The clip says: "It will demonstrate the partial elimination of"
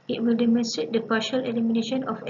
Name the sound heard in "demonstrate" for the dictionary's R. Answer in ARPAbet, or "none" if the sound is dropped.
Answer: none